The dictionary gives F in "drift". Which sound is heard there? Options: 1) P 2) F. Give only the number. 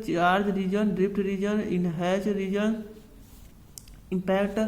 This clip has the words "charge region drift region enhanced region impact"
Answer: 1